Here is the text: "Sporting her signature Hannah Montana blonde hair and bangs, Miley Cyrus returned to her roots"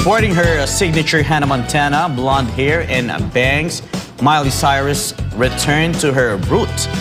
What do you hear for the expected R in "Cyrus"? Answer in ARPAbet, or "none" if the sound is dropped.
R